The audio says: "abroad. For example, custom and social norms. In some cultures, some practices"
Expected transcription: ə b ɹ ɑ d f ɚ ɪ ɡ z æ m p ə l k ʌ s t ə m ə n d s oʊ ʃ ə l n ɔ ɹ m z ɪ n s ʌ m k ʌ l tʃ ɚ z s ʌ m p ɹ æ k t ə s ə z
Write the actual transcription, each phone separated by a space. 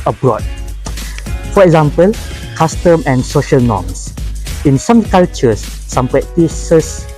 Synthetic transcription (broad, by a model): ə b ɹ ɑ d f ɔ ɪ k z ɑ m p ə l k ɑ s t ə m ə n s oʊ ʃ ə l n ɔ m s ɪ n s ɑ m k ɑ l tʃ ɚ s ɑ m p ɹ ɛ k t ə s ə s